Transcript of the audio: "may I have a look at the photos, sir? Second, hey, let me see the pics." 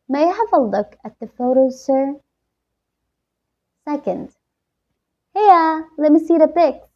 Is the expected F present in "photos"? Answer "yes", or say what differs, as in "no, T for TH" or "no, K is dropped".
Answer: yes